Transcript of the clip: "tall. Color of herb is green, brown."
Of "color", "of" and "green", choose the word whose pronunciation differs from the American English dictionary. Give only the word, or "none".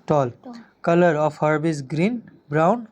of